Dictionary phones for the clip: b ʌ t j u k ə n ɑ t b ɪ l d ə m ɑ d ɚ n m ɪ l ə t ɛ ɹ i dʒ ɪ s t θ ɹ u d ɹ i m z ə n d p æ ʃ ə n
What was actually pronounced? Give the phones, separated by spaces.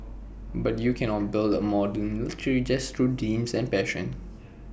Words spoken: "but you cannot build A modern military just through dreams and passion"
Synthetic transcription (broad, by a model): b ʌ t j u k ə n ɑ t b ɪ l d ə m ɑ d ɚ n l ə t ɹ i dʒ ɪ s t ɹ u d i m s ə n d p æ ʃ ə n